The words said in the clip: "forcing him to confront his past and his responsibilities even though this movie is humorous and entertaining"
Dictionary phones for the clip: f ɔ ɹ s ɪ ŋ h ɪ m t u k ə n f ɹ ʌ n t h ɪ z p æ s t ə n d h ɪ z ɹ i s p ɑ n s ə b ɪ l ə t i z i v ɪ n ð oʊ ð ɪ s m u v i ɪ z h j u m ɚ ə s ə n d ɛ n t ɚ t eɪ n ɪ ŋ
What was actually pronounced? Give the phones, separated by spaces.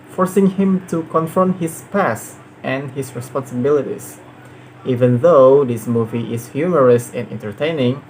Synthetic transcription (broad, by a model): f ɔ ɹ s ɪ ŋ h ɪ m t u k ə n f ɹ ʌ n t h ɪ s p æ s t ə n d h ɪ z ɹ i s p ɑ n s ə b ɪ l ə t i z i v ɪ n ð oʊ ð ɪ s m u v i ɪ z h j u m ɚ ə s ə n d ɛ n t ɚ t eɪ n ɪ ŋ